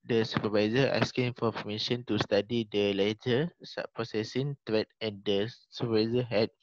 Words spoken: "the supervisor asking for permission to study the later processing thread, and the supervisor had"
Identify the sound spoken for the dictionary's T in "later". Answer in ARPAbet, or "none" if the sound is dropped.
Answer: S